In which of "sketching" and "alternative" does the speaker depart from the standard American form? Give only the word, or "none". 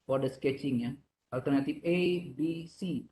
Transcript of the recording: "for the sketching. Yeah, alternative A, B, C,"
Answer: alternative